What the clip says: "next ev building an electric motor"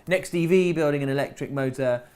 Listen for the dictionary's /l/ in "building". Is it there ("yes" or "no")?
yes